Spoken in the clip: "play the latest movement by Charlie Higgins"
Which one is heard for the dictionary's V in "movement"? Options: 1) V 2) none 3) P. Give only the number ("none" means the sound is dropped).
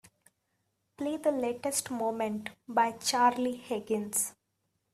2